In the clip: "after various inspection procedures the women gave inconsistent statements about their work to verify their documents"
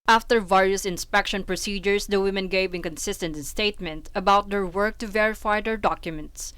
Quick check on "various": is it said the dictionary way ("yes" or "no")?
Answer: yes